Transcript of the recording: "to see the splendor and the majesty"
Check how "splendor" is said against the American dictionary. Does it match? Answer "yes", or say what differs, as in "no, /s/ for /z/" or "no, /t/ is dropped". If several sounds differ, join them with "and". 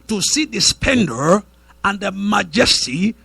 no, /l/ is dropped